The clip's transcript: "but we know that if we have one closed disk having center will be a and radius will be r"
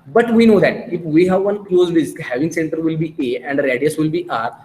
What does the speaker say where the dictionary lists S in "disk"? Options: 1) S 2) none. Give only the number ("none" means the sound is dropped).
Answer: 2